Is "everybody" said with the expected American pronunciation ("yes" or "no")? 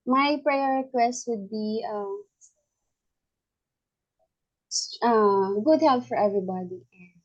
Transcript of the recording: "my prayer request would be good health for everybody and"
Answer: yes